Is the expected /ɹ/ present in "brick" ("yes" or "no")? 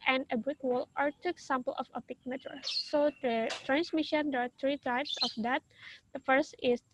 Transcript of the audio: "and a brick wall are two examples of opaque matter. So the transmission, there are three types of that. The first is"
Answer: no